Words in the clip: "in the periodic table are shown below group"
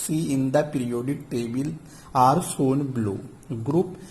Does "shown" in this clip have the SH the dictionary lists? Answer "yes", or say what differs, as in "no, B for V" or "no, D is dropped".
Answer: no, S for SH